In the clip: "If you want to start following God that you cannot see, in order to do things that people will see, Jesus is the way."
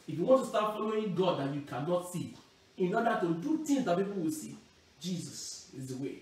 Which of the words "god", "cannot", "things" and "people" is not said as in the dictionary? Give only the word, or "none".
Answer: things